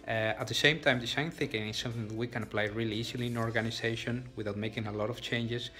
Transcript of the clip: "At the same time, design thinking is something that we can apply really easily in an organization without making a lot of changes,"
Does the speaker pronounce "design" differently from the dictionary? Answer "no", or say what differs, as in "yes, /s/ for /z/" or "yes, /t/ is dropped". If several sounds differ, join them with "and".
yes, /s/ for /z/